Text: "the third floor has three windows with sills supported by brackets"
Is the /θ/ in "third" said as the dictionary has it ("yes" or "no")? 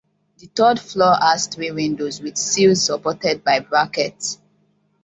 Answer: no